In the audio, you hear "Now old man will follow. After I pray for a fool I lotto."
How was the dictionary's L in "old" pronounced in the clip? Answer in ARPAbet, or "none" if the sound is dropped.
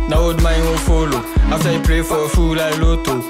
none